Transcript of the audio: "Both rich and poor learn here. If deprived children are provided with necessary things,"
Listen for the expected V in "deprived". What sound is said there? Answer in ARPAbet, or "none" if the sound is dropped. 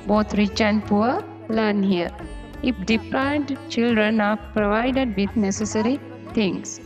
none